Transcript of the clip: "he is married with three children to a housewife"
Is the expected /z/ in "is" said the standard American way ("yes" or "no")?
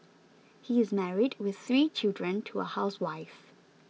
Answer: yes